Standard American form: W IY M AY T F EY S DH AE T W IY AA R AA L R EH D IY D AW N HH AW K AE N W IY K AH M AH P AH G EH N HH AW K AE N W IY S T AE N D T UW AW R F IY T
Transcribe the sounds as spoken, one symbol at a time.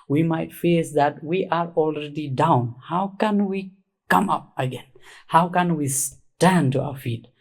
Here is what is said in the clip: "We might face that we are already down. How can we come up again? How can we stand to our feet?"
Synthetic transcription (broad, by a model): W IY M AY T F EY S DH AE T W IY AA R AA L R EH D IY D AW N HH AW K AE N W IY K AH M AH P AH G EH N HH AW K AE N W IY S T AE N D T UW AW R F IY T